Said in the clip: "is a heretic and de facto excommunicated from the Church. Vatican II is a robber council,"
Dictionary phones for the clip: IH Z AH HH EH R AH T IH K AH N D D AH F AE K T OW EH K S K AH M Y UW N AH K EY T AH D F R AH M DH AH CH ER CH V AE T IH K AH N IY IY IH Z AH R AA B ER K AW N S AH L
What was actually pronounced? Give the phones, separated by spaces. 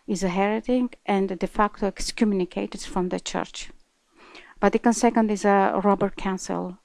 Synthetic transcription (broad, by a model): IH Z AH HH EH R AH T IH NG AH N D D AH F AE K T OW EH K S K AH M Y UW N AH K EY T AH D F R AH M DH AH CH ER CH B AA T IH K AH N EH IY IH Z AH R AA B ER K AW N S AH L